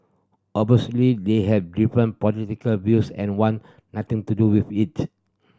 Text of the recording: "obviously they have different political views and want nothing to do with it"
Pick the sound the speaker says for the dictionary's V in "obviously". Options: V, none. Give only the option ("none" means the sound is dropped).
none